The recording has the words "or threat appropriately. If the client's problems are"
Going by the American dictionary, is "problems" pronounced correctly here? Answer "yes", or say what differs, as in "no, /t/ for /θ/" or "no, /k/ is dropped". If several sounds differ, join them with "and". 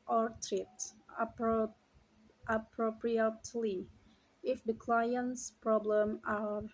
no, /z/ is dropped